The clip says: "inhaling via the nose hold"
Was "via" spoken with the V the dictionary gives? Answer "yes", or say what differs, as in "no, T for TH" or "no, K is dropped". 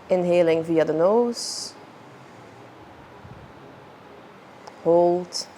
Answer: yes